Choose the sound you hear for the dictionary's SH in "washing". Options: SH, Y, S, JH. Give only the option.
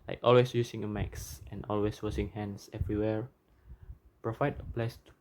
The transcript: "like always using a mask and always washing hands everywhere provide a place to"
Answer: S